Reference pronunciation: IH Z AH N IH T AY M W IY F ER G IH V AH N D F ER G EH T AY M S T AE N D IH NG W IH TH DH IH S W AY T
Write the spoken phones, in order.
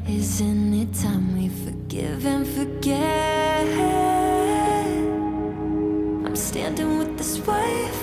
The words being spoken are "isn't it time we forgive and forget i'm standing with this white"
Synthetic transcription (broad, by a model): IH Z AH N IH T AY M W IY F ER G IH V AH N F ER G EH AY M S T AE N D IH NG W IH DH IH S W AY